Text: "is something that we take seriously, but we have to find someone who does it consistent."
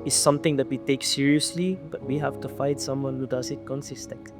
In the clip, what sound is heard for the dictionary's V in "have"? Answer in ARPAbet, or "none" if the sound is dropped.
F